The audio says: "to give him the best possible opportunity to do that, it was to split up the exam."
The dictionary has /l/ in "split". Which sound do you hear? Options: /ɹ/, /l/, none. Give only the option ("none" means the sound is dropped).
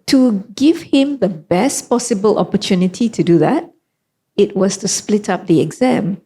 /l/